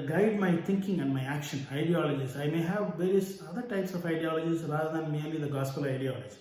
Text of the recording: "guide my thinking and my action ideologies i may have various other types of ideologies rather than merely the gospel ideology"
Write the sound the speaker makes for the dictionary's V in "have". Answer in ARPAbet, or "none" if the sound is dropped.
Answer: V